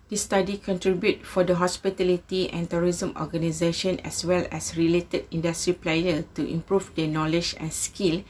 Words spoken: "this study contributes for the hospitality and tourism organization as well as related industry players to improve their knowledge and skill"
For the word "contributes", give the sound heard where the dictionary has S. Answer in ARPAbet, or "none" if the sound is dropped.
none